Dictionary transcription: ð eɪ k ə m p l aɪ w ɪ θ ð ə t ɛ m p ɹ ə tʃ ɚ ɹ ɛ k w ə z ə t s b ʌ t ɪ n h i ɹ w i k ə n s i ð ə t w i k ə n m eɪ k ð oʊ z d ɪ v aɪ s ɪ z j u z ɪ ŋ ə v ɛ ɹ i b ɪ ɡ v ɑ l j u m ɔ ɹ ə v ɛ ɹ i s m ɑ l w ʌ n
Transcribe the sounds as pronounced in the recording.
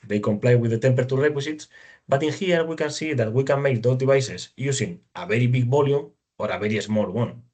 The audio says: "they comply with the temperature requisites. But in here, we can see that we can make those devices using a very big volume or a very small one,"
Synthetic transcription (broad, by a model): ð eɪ k ə m p l aɪ w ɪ ð ə t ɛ m p ɹ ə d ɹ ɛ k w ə s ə t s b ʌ t ɪ n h i ɹ w i k ə n s i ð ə t w i k ə n m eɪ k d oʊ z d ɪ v aɪ s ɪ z j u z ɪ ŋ ə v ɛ ɹ i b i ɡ b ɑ l j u m ɔ ɹ ə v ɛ ɹ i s m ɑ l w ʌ n